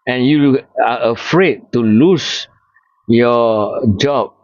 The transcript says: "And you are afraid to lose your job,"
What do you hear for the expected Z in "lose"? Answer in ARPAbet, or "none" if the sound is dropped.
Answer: S